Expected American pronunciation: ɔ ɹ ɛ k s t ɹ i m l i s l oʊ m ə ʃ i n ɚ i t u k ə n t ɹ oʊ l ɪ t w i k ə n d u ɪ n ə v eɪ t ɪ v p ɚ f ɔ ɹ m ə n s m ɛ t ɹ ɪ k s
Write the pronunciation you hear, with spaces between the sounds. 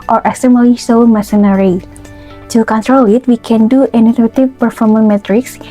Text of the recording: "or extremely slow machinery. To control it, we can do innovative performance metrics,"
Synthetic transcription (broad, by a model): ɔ ɹ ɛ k s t i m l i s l m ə s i n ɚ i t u k ə n t ɹ oʊ l ɪ t w i k ə n d u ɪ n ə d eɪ t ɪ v p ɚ f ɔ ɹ m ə n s m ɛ t ɹ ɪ k s